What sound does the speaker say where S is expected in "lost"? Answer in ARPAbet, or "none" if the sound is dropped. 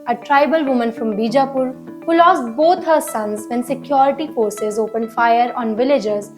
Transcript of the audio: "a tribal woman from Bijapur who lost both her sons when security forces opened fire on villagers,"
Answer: S